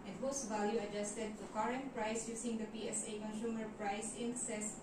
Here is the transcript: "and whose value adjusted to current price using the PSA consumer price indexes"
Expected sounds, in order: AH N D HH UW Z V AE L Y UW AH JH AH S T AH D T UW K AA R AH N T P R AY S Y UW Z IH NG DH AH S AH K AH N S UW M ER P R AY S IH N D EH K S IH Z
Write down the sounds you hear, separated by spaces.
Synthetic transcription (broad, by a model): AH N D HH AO S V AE L Y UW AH JH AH S T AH D T UW K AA R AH N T P R AY S Y UW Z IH NG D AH S AH K AH N S UW M ER P R AY S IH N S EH S